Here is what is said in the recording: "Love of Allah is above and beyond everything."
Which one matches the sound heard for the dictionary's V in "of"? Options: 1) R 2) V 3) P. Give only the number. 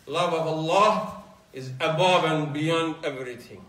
2